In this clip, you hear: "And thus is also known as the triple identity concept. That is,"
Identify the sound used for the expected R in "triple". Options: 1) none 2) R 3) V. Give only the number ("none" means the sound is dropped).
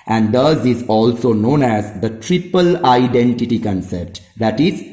2